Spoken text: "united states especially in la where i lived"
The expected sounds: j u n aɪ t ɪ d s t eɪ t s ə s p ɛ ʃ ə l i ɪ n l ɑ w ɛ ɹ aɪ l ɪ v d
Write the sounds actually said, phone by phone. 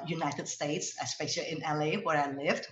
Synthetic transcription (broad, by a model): j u n aɪ t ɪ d s t eɪ t s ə s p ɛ ə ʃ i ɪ n l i w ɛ ɹ aɪ l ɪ v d